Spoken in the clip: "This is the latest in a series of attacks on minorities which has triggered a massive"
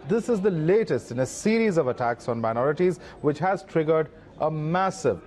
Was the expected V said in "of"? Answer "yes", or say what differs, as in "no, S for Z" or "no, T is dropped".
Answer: yes